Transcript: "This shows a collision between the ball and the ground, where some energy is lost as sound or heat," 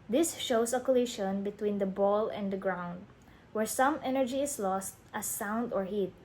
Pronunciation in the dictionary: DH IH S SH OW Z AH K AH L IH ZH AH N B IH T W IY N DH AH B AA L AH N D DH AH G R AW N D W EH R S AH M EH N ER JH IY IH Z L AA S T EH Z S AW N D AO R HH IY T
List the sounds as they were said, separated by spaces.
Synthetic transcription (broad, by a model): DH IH S SH OW S AH K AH L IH SH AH N B IH T W IY N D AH B AA L AH N D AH G R AW N D W EH R S AH M EH N ER JH IY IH S L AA S T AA S AW N D AO R HH IY T